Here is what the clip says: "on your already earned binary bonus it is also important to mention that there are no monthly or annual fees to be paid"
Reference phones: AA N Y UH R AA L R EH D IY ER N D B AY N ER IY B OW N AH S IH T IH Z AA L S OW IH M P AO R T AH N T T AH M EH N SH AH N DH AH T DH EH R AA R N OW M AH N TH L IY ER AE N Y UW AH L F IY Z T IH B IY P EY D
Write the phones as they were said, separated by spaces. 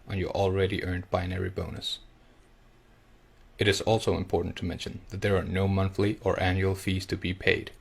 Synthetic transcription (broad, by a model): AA N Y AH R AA L R EH D IY ER N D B AY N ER IY B OW N AH S IH T IH Z AA L S OW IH M P AO R T N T T AH M EH N SH AH N DH AH T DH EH R AA R N OW M AH N TH L IY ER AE N Y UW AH L F IY Z T IH B IY P EY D